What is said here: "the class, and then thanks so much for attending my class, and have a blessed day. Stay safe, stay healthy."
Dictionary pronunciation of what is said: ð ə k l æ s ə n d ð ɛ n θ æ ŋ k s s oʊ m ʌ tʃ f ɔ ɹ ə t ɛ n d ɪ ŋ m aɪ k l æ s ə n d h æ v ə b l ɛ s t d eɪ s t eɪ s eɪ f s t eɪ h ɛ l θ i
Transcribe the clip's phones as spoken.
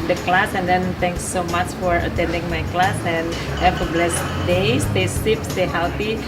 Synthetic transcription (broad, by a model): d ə k l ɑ s ə n d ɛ n t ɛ ŋ k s s oʊ m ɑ tʃ f ɔ ɹ ə t ɛ n d ɪ ŋ m aɪ k l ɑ s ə n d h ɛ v ə b l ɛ s d eɪ s t eɪ s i p s t eɪ h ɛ l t i